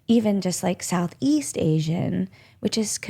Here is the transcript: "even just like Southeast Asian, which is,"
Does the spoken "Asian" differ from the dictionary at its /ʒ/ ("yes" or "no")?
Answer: no